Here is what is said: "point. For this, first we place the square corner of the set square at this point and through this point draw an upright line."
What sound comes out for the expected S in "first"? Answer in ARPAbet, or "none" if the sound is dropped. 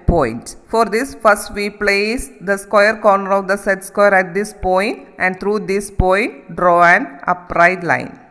S